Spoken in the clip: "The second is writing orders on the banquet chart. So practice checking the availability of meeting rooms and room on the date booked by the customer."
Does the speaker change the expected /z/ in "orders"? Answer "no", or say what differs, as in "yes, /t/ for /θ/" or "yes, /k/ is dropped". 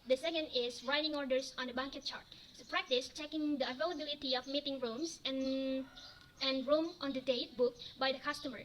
yes, /s/ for /z/